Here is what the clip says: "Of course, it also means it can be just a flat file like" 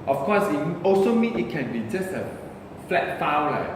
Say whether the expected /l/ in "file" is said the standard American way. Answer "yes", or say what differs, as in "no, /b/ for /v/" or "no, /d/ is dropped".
no, /w/ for /l/